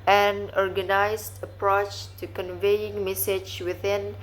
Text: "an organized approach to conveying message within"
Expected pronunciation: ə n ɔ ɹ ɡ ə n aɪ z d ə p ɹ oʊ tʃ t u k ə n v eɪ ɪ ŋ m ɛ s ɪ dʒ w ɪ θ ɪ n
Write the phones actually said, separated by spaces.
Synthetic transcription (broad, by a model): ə n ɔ ɹ ɡ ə n aɪ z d ə p ɹ oʊ tʃ t u k ə n v eɪ ɪ ŋ m ɛ s ɪ dʒ w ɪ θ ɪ n